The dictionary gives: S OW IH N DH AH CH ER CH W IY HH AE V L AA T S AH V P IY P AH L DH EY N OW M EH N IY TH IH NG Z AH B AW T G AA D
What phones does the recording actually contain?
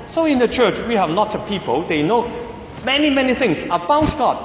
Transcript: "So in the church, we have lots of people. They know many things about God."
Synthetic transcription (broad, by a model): S OW IH N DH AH CH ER CH W IY HH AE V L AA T AH P IY P AH L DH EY N OW M EH N IY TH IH NG S AH B AW T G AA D